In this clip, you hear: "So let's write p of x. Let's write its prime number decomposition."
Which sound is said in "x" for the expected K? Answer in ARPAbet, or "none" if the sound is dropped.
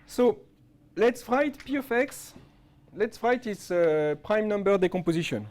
K